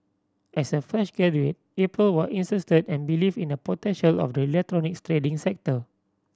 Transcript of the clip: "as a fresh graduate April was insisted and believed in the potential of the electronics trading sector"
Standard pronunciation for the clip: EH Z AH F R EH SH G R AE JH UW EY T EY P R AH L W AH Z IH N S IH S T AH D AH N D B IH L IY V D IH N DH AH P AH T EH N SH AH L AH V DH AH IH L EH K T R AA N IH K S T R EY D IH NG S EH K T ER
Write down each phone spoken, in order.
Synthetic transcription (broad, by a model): EH S AH F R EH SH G EH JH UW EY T EY P R AH L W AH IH N S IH S T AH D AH N B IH L IY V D IH N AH P AH T EH N SH AH L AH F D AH IH L EH K T R AA N IH K S T R EY D IH NG S EH K T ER